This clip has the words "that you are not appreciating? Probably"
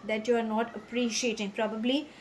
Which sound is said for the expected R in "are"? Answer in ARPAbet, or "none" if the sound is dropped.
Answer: R